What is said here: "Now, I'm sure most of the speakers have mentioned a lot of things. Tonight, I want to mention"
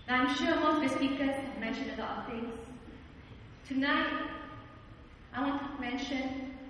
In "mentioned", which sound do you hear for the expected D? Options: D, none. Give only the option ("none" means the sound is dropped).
none